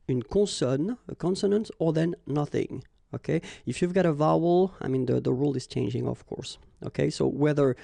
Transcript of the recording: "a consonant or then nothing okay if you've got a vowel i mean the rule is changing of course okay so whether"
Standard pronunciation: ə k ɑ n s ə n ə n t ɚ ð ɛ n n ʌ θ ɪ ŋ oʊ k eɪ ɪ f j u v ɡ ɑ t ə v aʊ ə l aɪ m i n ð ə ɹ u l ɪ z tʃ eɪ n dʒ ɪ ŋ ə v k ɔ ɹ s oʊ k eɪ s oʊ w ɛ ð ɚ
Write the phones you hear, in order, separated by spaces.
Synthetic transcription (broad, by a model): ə k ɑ n s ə n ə n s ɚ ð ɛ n n ʌ θ ɪ ŋ oʊ k eɪ ɪ f j u v ɡ ɑ t ə v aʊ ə l aɪ m i n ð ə ɹ u l ɪ z tʃ eɪ n dʒ ɪ ŋ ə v k ɔ ɹ s oʊ k eɪ s oʊ w ɛ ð ɚ